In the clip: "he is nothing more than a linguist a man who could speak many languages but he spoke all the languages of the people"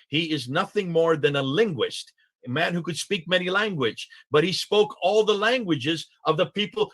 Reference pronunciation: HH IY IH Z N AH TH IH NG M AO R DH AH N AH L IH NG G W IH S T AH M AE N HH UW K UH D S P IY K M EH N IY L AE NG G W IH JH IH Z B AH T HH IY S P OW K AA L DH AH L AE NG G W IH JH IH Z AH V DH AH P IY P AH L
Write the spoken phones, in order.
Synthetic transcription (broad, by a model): HH IY IH Z N AH TH IH NG M AO R DH AH N AH L IH NG G W IH S T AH M AE N HH UW K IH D S P IY K M EH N IY L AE NG G W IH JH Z B AH T HH IY S P OW K AA L DH AH L AE NG G W IH JH IH Z AH V DH AH P IY P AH L